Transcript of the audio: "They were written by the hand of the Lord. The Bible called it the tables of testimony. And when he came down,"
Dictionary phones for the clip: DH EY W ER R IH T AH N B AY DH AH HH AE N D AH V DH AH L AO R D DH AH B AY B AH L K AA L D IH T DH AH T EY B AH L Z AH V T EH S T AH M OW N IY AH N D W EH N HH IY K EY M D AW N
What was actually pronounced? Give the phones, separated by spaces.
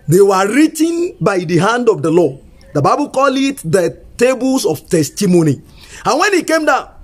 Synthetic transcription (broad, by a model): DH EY W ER R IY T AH N B AY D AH HH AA N D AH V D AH L AO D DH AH B AY B AH L K AA L IH T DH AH T EY B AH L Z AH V T EH S T AH M OW N IY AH N W EH N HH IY K EY M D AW